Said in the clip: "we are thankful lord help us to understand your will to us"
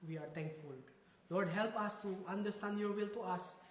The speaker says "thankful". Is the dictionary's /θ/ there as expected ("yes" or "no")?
no